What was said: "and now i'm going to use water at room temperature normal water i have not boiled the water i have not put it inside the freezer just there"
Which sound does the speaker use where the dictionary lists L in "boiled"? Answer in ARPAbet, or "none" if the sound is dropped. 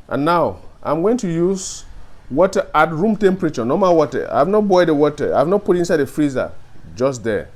none